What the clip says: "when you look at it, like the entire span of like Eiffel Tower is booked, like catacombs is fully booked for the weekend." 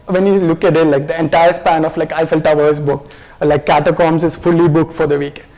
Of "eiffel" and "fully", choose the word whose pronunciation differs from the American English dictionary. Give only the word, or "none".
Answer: none